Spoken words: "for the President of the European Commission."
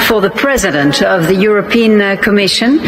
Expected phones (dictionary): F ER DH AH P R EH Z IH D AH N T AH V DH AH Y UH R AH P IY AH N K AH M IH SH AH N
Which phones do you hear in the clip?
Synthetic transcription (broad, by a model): F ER DH AH P R EH Z IH D AH N T AH V DH AH Y UH R AH P IY AH N K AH M IH SH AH N